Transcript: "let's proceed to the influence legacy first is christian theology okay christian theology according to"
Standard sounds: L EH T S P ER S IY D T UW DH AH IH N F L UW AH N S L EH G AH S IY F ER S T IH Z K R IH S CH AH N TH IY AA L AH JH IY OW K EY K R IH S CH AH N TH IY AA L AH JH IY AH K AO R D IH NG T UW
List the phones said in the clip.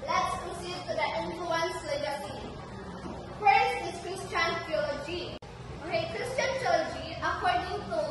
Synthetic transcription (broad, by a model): L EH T S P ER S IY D T UW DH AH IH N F L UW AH N S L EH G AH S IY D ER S IH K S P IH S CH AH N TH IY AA L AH JH IY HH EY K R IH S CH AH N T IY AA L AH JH IY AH K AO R D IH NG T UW